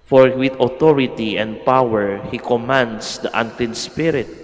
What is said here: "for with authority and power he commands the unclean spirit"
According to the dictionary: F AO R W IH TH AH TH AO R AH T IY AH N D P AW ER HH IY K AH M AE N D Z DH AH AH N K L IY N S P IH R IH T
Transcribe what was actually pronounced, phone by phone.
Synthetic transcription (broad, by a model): F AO R W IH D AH T AO R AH T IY AH N D P AW ER HH IY K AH M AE N D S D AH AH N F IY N S P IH R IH T